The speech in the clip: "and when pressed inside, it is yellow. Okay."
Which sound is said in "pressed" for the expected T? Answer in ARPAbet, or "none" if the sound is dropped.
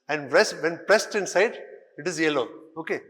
T